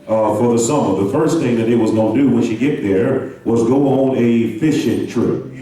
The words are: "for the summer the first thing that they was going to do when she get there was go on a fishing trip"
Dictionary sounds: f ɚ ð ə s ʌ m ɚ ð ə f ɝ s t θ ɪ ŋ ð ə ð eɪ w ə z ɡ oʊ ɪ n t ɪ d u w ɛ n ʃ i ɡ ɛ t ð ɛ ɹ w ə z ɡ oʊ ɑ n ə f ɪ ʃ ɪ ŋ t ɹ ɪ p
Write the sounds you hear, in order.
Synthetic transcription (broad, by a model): f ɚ ð ə s ʌ m ɚ ð ə f ɝ s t θ ɪ ŋ ð ə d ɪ w ə z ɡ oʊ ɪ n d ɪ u w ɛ n ʃ i ɡ ɛ t ð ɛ ɹ w ə z ɡ oʊ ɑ n ə f ɪ ʃ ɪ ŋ t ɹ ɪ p